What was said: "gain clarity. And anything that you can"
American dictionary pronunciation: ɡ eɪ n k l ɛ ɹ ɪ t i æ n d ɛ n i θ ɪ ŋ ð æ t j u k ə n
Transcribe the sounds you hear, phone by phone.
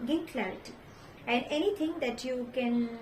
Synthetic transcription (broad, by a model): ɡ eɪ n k l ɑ ɪ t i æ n d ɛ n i t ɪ ŋ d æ t j u k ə n